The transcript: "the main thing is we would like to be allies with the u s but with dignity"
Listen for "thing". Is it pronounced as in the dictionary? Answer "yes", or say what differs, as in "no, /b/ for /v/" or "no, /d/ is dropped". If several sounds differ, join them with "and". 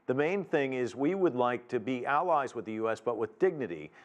yes